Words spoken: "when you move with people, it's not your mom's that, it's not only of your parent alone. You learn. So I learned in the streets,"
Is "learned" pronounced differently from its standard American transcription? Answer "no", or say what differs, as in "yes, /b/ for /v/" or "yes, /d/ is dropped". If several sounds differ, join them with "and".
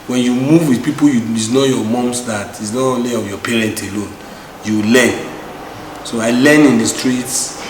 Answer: yes, /d/ is dropped